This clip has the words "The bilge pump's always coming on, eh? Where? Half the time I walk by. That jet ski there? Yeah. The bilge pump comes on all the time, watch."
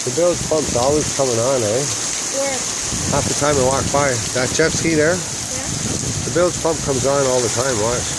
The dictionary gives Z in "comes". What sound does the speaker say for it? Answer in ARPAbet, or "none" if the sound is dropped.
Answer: Z